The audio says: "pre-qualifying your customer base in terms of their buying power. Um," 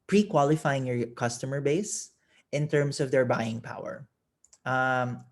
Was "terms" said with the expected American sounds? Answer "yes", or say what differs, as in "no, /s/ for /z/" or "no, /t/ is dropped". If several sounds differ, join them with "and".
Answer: no, /s/ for /z/